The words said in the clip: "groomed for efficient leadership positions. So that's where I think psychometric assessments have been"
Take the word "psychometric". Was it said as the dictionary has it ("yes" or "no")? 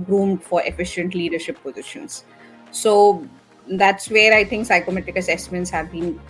no